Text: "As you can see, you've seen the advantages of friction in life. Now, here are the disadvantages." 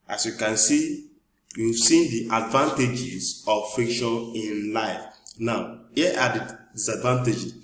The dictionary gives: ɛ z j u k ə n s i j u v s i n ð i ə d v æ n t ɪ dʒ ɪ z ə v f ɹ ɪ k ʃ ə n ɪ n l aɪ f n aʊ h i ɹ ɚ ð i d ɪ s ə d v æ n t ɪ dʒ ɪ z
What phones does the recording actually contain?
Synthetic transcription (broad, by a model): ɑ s j u k ə n s i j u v s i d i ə d v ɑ n t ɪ dʒ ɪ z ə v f ɪ k ʃ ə n ɪ n l aɪ f n aʊ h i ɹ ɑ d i d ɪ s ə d v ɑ n t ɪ dʒ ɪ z